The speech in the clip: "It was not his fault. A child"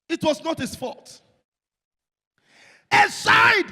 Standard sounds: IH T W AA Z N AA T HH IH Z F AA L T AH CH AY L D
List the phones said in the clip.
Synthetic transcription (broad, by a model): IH T W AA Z N AA T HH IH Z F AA T AH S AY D